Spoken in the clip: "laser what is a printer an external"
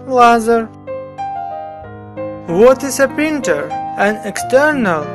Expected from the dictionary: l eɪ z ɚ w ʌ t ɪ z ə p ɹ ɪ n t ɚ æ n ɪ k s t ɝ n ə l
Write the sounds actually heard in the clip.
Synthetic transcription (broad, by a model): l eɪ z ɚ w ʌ t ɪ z ə p ɪ n t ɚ æ n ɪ k s t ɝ n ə l